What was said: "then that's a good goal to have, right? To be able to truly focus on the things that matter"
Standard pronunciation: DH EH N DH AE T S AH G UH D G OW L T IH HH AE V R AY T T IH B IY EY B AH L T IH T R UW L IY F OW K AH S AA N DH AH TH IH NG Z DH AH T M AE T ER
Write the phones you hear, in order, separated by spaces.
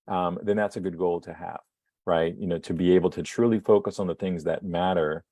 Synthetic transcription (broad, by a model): DH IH N DH AE T S AH G UH D G OW L T IH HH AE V R AY T T IH B IY EY B L T IH T R UW L IY F OW K AH S N DH AH TH IH NG Z DH AH T M AE T ER